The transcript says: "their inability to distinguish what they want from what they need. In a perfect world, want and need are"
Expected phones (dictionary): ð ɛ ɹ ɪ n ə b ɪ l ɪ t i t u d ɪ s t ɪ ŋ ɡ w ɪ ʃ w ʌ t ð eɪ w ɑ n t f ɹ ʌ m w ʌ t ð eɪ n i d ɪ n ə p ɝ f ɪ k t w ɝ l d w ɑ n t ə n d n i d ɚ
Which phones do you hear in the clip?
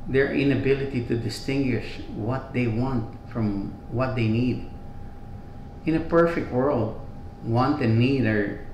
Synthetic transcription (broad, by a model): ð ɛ ɹ ɪ n ə b ɪ l ɪ t i t u d ɪ s t ɪ ŋ ɡ w ɪ ʃ w ʌ t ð eɪ w ɑ n t f ɹ ʌ m w ʌ t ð eɪ n i d ɪ n ə p ɝ f ɪ k t w ɝ l d w ɑ n t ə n n i d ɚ